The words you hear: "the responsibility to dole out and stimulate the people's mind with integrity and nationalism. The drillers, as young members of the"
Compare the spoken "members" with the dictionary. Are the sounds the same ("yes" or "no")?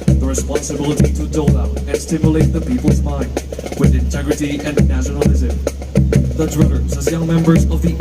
yes